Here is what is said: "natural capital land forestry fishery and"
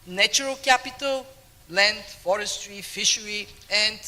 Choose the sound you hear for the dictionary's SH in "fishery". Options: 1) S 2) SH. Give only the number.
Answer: 2